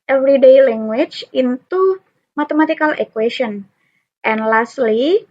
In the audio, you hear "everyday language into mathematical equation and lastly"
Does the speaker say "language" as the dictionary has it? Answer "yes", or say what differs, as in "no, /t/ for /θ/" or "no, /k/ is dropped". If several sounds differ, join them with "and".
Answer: no, /tʃ/ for /dʒ/